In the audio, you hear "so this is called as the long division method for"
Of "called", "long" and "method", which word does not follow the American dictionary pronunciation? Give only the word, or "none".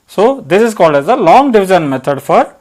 method